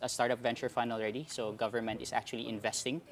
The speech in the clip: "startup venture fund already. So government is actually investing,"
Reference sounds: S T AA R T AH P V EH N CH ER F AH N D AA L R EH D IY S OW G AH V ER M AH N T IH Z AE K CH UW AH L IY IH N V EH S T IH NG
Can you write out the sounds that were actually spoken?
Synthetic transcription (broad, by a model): S T AA R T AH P V EH N CH ER F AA N AA L R EH D IY S OW G AH V ER M AH N T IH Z AE K CH UW AH L IY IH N V EH S T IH NG